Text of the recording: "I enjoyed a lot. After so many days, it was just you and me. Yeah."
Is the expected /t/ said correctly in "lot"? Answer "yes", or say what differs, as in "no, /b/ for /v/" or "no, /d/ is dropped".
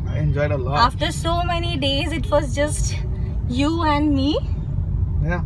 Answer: no, /t/ is dropped